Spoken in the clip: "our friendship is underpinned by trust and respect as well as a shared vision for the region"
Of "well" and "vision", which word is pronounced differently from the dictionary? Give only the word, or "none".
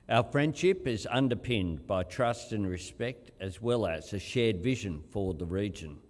none